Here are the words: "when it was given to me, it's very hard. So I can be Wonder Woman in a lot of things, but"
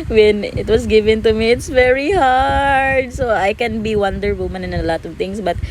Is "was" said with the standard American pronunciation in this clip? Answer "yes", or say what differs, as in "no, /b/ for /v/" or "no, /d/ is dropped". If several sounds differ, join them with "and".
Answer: no, /s/ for /z/